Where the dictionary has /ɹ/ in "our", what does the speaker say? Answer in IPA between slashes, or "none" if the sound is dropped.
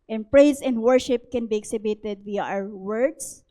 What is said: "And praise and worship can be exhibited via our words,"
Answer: /w/